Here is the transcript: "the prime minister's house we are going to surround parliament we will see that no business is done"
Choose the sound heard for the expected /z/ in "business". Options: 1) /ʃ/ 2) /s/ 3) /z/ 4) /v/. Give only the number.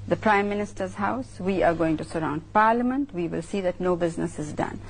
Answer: 3